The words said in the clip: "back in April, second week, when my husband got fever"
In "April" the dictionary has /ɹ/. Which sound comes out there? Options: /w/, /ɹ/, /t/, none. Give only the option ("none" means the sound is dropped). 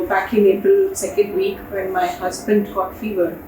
none